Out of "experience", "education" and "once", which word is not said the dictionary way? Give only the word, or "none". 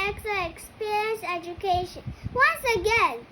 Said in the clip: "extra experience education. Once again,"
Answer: none